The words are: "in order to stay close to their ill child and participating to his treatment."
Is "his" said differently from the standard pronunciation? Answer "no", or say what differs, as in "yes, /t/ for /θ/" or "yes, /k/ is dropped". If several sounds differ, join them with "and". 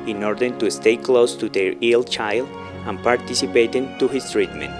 yes, /s/ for /z/